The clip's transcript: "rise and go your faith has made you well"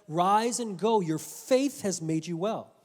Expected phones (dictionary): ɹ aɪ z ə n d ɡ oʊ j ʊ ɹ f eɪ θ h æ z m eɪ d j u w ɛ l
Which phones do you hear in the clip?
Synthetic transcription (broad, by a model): ɹ aɪ z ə n ɡ oʊ j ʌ ɹ f eɪ θ h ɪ z m eɪ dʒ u w ɛ l